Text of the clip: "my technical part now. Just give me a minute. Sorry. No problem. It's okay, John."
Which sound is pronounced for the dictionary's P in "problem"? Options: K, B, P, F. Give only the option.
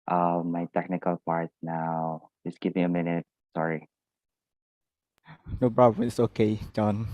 B